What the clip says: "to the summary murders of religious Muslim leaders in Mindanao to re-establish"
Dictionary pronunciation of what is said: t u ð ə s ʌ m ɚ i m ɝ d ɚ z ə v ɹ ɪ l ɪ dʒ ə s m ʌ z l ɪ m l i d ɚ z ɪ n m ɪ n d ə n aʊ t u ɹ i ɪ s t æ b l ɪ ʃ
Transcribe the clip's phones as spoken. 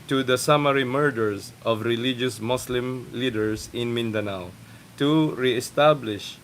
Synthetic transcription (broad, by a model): t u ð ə s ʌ m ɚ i m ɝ d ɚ s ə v ɹ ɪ l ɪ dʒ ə s m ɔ s l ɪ m l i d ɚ s ɪ n m ɪ n d ə n aʊ t u ɹ i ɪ s t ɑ b l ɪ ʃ